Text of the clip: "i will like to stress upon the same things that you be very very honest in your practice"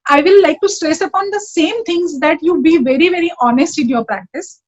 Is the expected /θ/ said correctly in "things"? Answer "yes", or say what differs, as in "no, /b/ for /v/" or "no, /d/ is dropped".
no, /t/ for /θ/